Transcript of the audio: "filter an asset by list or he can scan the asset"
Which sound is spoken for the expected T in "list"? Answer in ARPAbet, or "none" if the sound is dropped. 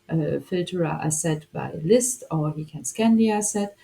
T